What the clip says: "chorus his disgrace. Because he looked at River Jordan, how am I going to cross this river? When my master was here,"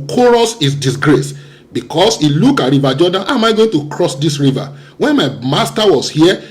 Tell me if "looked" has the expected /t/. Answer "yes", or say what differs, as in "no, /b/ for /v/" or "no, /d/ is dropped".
no, /t/ is dropped